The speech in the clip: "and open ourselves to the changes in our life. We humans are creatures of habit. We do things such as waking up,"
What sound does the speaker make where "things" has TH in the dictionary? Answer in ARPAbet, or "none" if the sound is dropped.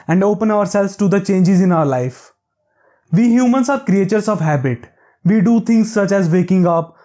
T